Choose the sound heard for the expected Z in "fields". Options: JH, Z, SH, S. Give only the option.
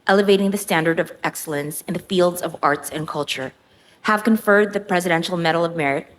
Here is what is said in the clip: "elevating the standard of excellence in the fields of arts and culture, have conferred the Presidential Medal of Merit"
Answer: Z